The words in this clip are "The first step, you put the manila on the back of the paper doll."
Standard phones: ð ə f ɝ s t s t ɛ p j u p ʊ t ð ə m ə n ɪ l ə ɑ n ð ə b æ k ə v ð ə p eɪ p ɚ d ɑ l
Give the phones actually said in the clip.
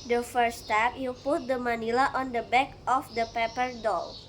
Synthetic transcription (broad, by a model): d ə f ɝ t s t ɛ p j u p ʊ t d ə m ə n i l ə ɑ n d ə b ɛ k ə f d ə p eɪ p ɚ d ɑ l